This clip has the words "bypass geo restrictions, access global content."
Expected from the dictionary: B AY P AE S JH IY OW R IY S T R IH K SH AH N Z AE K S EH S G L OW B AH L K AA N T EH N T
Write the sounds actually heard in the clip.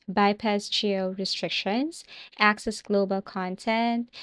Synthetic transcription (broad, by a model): B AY P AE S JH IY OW R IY S T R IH K SH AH N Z AE K S EH S G L OW B AH L K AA N T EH N T